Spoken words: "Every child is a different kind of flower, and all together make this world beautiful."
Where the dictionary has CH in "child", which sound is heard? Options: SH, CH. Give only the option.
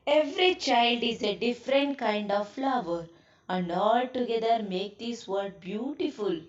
CH